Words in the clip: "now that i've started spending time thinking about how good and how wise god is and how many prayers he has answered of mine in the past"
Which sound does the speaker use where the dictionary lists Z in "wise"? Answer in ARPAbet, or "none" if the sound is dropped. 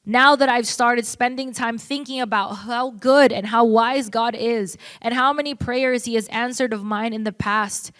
Z